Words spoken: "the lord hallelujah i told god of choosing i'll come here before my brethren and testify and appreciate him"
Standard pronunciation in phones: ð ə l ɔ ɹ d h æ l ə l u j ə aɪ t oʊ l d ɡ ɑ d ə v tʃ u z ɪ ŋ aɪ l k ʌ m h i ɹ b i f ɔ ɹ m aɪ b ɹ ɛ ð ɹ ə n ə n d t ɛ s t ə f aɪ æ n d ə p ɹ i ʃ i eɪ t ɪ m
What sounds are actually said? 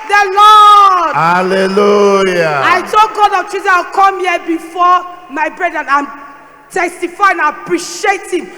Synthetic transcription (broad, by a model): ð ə l ɔ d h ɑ l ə l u j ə aɪ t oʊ ɡ ɑ d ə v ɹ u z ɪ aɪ w k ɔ m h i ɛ b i f ɔ m aɪ b ɹ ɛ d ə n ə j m t ɛ s t ə f aɪ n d ə p ɹ i ʃ i eɪ t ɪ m